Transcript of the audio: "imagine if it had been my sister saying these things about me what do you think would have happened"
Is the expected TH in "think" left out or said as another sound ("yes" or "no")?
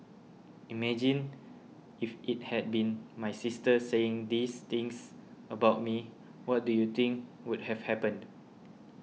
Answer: yes